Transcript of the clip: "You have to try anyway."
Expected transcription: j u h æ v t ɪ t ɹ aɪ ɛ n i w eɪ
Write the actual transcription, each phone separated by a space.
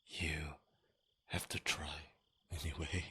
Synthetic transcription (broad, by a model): j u h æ f t ɪ t ɹ aɪ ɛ n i w eɪ